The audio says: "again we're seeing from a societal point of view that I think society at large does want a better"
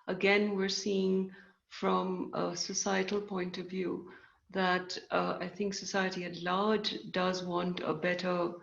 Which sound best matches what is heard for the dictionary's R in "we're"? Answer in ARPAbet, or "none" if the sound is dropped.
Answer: R